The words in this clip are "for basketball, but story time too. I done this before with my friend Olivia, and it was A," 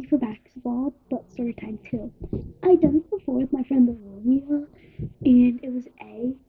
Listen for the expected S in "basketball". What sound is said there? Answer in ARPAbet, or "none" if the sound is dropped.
none